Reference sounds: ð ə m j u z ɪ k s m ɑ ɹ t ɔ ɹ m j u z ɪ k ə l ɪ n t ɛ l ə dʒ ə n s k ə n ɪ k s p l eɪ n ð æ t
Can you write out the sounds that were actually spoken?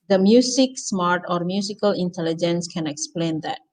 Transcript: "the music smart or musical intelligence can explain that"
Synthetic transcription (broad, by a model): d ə m j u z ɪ k s m ɑ ɹ t ɔ ɹ m j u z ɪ k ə l ɪ n t ɛ l ə dʒ ə n s k ə n ɪ k s p l eɪ n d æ t